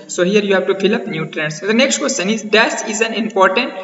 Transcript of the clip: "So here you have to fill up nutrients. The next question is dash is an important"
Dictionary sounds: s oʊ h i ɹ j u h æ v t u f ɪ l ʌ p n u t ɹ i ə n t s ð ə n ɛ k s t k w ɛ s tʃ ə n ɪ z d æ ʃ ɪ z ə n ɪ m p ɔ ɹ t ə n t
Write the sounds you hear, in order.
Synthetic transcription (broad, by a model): s oʊ h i ɹ j u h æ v t u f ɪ l ʌ p n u t ɹ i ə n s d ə n ɛ k s t k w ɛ s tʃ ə n ɪ z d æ s ɪ z ə n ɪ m p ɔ ɹ t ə n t